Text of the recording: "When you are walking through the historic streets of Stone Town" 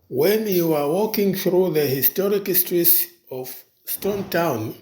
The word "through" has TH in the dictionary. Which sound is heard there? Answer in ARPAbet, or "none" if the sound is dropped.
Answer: TH